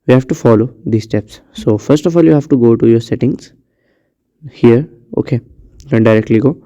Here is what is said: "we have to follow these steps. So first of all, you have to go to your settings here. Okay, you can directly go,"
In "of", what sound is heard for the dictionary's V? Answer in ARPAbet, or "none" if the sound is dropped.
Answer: F